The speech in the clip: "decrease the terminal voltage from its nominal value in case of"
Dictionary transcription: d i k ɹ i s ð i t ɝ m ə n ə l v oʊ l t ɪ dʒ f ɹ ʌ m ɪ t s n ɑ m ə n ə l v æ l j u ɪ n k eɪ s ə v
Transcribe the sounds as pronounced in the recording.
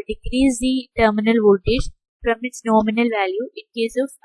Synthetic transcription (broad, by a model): d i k ɹ i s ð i t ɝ m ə n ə l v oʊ t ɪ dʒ p ɹ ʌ m ɪ t s n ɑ m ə n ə l v æ l j u ɪ n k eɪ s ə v